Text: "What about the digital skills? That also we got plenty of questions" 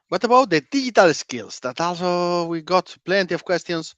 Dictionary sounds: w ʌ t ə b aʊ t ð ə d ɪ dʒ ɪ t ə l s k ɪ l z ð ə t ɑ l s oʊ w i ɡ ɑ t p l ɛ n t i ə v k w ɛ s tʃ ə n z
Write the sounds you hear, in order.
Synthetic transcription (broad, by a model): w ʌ t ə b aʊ t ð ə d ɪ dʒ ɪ t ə l s k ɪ l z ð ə t ɑ l s oʊ w i ɡ ɑ t p l ɛ n t i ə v k w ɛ s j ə n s